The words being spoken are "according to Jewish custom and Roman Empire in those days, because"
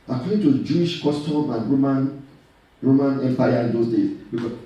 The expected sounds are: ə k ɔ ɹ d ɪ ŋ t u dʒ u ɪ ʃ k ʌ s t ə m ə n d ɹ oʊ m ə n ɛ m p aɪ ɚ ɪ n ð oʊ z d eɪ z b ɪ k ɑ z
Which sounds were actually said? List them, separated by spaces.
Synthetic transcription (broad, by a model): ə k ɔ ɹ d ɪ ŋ t u dʒ u ɪ ʃ k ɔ s t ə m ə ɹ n ɹ oʊ m ə n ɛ m p aɪ ɪ n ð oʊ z d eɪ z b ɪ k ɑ